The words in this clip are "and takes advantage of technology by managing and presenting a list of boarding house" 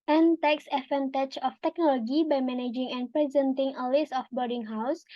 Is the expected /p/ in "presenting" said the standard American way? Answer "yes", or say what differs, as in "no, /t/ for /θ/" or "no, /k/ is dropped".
yes